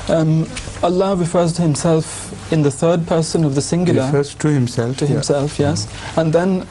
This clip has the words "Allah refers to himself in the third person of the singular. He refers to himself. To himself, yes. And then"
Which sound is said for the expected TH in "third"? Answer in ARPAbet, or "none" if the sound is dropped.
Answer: TH